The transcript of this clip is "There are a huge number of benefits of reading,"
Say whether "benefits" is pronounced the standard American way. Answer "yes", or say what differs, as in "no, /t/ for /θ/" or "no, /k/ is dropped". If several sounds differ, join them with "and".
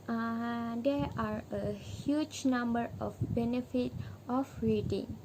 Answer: no, /s/ is dropped